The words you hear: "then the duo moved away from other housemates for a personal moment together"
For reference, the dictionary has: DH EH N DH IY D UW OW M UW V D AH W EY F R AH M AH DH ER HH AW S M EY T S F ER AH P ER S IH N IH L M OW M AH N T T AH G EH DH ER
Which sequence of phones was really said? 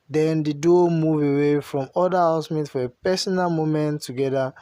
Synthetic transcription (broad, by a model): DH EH N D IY D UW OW M UW V AH W EY F R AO M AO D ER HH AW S M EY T F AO AH P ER S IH N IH L M OW M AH N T T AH G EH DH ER